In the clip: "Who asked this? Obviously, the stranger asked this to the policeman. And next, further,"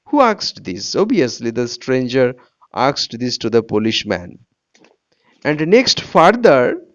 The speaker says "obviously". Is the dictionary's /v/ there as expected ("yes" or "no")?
no